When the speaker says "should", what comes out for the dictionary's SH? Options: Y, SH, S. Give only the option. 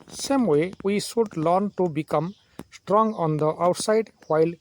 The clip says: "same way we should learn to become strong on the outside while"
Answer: S